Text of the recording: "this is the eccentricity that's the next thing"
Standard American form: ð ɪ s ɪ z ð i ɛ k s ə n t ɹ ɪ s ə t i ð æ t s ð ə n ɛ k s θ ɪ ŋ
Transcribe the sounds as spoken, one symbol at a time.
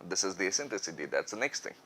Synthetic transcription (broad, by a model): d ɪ s ɪ z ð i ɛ s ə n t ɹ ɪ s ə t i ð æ t s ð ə n ɛ k s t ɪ ŋ